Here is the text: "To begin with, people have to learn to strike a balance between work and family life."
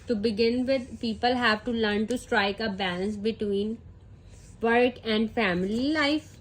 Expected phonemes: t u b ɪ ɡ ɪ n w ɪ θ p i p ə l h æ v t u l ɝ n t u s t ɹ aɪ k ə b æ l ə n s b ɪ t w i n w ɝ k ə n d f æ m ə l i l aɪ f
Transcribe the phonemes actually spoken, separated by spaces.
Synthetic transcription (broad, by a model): t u b ɪ ɡ ɪ n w ɪ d p i p ə l h æ v t u l ɝ n t u s t ɹ aɪ k ə b æ l ə n s b ɪ t w i n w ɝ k ə n d f æ m ə l i l aɪ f